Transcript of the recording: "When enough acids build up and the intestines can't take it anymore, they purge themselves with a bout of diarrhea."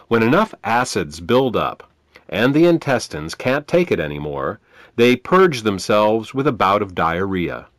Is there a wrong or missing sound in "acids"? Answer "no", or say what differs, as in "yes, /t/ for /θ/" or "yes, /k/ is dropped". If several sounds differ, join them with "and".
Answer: no